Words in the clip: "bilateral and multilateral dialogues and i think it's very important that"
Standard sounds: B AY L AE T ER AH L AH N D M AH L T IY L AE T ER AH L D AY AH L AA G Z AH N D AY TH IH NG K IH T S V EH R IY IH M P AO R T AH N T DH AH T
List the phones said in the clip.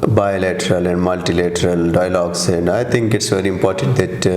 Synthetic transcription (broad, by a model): B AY L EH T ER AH L AH N D M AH L T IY L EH T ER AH L D AY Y L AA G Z AH N D AY T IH NG K IH T S V EH R IY IH M P AO R T AH N T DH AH T